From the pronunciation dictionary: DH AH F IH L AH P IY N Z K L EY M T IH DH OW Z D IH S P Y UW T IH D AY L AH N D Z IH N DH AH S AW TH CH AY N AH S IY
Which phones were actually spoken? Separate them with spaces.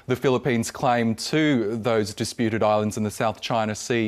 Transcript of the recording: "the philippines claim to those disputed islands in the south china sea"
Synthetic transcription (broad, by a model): DH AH F IH L AH P IY N Z K L EY M T IH DH OW Z D IH S P Y UW T IH D AY L AH N D Z IH N DH AH S AW TH CH AY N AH S IY